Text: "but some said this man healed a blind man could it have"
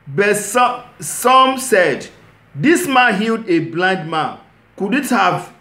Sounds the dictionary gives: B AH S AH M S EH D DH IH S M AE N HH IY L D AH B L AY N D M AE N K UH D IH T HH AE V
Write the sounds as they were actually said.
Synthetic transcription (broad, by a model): B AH S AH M S EH D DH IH S M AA N HH IY L D AH B L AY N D M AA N K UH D IH T HH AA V